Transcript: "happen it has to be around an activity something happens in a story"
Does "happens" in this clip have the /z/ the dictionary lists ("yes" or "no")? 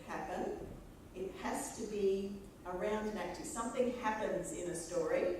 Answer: yes